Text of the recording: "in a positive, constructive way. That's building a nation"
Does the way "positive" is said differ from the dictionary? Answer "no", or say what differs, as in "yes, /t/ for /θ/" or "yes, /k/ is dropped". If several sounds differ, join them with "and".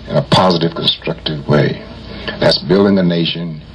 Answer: no